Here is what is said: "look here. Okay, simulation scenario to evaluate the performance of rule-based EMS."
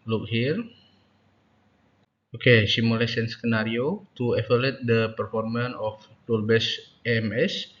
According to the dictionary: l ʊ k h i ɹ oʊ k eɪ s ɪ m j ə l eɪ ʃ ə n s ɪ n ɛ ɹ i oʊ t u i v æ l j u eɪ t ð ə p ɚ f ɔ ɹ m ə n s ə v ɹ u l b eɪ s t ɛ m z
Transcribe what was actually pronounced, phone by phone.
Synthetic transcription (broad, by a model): l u k h i ɹ oʊ k eɪ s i m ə l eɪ s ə n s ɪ n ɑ ɹ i oʊ t u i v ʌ l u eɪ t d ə p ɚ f ɔ ɹ m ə n ə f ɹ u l b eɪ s ɛ m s